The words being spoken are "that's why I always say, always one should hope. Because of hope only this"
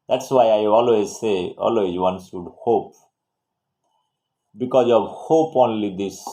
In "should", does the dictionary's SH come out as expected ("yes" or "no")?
no